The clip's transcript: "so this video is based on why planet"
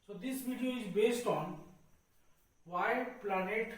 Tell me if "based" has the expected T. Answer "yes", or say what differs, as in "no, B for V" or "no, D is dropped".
yes